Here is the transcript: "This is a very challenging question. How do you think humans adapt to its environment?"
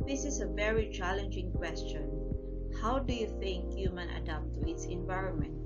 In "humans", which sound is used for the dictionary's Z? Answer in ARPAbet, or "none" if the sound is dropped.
none